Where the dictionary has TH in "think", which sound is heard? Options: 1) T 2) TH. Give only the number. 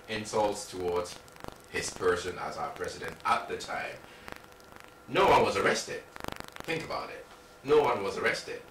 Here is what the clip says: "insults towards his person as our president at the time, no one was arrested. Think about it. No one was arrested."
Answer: 2